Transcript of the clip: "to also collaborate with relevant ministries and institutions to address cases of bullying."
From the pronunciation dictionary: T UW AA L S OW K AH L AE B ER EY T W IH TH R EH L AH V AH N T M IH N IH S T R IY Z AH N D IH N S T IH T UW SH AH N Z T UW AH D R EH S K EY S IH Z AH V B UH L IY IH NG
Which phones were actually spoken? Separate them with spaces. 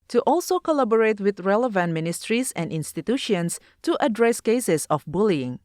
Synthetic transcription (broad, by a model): T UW AA L S OW K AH L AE B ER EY T W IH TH R EH L AH V AH N T M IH N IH S T R IY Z AH N D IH N S T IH T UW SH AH N S T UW AH D R EH S K EY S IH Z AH F B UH L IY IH NG